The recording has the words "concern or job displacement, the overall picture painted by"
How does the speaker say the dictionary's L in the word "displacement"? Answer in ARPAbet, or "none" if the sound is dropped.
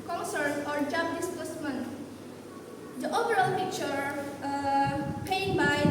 none